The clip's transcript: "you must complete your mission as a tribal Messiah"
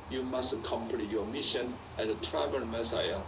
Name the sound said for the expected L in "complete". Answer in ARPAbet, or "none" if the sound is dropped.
N